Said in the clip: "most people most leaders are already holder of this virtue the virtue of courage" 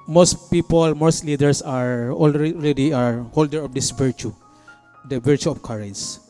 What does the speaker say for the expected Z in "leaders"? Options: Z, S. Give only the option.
S